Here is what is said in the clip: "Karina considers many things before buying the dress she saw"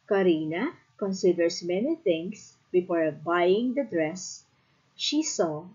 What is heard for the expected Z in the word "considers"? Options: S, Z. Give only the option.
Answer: S